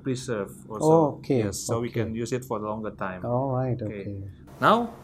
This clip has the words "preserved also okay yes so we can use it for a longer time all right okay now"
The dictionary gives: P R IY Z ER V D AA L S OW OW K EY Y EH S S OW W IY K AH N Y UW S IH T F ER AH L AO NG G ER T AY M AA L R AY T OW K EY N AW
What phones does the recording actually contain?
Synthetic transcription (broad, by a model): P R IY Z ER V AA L OW OW K EY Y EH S S OW W IY K AH N Y UW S IH T F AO AH L AO NG G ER T AY M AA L R AY T OW K EY N AW